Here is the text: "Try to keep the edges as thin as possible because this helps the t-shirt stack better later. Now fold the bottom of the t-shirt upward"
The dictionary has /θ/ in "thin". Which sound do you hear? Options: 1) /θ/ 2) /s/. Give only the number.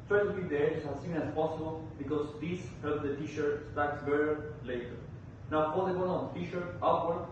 2